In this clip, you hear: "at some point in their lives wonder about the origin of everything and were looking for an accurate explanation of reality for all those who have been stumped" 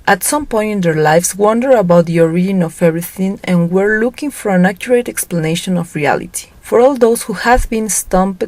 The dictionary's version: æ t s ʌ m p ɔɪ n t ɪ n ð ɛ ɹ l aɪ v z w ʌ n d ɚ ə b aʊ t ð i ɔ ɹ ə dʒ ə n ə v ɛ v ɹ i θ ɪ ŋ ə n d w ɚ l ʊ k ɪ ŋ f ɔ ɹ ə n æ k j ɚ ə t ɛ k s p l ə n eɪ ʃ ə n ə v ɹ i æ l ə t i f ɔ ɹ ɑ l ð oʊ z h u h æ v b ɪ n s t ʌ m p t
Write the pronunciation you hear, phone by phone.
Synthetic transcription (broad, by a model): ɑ t s ʌ m p ɔɪ n t ɪ n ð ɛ ɹ l aɪ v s w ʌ n d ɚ ə b aʊ t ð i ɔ ɹ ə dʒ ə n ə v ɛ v ɹ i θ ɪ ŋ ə n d w ɚ l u k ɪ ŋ f ɔ ɹ ə n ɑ k j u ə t ɛ k s p l ə n eɪ ʃ ə n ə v ɹ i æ l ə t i f ɔ ɹ ɑ l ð oʊ s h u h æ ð b ɪ n s t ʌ m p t